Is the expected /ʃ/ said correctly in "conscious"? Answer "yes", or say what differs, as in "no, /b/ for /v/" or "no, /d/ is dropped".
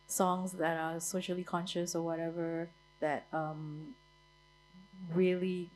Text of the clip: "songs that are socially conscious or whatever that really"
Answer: yes